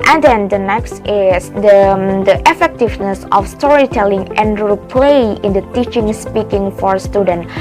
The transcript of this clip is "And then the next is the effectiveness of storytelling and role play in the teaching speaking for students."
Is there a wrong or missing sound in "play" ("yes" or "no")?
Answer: no